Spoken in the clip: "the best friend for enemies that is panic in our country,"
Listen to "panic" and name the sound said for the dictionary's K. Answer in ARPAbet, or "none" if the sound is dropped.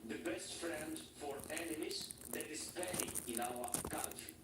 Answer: none